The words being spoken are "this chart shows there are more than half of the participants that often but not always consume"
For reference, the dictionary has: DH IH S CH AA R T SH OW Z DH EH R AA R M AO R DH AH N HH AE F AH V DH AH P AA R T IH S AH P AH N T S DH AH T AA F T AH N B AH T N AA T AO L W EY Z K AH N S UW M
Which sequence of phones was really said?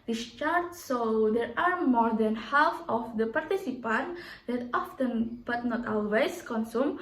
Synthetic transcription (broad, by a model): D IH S CH AA R T S OW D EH R AA R M AO R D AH N HH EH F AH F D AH P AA R T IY S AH P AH N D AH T AA F T AH N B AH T N AA T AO L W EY S K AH N S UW M